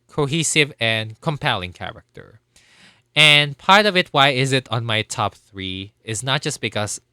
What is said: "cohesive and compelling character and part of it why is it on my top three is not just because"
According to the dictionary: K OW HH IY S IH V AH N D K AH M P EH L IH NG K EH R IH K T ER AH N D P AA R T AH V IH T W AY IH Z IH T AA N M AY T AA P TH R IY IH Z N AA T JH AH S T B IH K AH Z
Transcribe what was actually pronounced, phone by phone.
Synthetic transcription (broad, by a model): K OW HH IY S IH V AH N K AH M P EH L IH NG K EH R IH K T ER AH N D P AA R T AH V IH T W AY IH Z IH T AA N M AY T AA P TH R IY IH Z N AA T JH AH S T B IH K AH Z